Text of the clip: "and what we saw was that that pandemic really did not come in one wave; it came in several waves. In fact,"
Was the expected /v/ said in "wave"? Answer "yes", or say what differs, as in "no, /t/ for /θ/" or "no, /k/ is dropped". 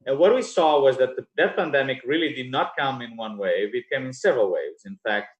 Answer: yes